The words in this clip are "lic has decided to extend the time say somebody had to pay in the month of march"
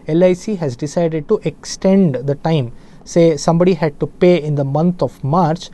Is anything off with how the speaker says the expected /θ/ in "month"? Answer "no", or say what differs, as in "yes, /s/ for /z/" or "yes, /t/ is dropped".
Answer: yes, /t/ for /θ/